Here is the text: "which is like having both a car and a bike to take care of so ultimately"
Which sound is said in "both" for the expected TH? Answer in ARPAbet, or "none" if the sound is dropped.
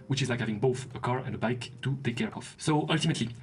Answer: TH